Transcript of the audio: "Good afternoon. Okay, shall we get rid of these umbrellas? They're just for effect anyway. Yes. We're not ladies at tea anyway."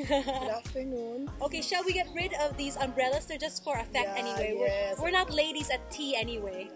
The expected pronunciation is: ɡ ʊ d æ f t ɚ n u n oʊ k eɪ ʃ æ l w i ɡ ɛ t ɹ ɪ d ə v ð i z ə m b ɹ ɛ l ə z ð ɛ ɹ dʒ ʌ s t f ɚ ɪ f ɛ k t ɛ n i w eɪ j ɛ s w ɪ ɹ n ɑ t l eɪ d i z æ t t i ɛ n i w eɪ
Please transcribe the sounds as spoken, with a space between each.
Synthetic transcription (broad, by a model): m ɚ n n oʊ k eɪ ʃ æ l w i ɡ ɛ t ɹ ɪ d ə v ð i z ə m b ɹ ɛ l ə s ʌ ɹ dʒ ʌ s t f ɚ ɪ f ɛ k t ɛ n i w eɪ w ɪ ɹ w ɪ ɹ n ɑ t l eɪ d i z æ t t i ɛ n i w eɪ